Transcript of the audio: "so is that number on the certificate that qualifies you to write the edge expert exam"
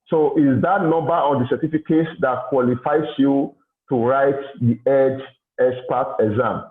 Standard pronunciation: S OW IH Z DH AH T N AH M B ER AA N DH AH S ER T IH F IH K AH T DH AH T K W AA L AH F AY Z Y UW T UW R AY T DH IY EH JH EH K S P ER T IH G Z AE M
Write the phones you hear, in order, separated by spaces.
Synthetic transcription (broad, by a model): S OW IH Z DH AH T N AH M B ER AA N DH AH S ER T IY F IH K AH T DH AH T K W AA L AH F AY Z Y UW T UW R AY T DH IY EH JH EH S P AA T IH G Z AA M